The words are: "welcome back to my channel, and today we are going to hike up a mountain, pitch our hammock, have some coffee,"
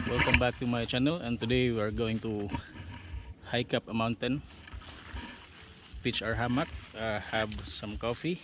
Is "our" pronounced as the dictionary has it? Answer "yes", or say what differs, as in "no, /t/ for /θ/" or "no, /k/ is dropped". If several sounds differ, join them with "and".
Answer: yes